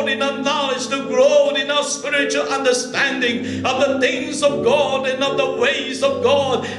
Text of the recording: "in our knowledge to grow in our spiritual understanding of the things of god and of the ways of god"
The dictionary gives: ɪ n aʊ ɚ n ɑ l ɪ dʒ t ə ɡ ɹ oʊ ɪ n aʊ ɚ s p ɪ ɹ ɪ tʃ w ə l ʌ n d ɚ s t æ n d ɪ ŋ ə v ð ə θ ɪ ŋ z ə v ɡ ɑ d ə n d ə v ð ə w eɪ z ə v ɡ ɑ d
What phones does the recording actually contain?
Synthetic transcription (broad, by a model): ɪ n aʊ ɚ n ɑ l ɪ dʒ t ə ɡ ɹ oʊ ɪ n aʊ ɚ s p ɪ ɹ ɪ tʃ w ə l ʌ n d ɚ s t æ n d ɪ ŋ ə v ð ə θ ɪ ŋ z ə v ɡ ɑ d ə n ə v ð ə w eɪ z ə v ɡ ɑ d